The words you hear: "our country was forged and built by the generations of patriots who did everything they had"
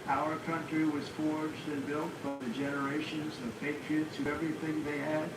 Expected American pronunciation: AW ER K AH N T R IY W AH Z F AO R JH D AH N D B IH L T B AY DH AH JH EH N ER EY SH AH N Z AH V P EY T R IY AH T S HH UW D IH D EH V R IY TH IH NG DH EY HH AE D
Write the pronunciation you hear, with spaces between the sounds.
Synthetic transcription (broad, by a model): AW ER K AH N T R IY W AH Z F AO R JH D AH N B IH L T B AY DH AH JH EH N ER EY SH AH N Z AH V P EY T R IY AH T S HH UW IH EH V R IY TH IH NG DH EY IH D